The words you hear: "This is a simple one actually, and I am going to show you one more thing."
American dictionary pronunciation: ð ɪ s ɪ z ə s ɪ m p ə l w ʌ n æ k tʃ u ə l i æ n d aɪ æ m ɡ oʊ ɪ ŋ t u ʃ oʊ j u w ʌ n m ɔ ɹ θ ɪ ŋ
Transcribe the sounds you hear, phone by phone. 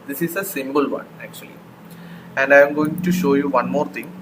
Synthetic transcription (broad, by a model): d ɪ s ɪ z ə s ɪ m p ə l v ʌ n æ k tʃ u ə l i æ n d aɪ m ɡ oʊ ɪ ŋ t u ʃ oʊ j u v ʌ n m ɔ ɹ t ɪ ŋ